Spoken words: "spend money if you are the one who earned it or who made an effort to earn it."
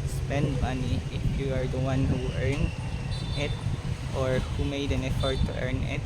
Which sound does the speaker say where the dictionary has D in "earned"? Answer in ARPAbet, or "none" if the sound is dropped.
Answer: none